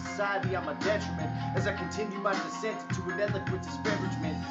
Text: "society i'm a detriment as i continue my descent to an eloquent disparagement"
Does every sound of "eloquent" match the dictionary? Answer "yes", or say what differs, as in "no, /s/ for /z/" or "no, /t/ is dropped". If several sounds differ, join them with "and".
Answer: no, /n/ is dropped